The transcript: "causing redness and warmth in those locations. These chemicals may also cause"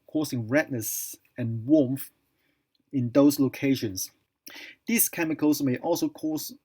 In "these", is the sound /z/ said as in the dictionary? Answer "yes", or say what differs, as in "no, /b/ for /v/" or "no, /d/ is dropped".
no, /s/ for /z/